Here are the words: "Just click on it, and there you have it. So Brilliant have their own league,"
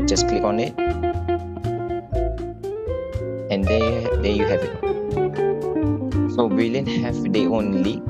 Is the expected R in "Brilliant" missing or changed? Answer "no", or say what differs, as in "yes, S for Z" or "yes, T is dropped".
yes, R is dropped